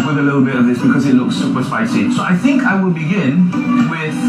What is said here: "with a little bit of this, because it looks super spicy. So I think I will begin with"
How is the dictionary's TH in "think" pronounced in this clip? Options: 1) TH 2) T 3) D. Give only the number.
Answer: 1